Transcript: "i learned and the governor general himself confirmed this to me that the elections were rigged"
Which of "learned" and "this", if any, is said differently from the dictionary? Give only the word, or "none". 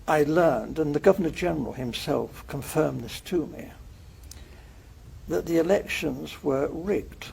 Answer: none